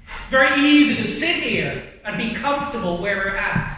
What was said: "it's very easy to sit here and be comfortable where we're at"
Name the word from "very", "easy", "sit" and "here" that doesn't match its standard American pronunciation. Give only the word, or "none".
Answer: none